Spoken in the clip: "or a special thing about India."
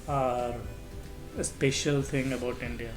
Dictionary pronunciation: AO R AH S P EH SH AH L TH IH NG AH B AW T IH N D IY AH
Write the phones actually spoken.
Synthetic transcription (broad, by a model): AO R AH S P EH SH AH L T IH NG AH B AW T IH N D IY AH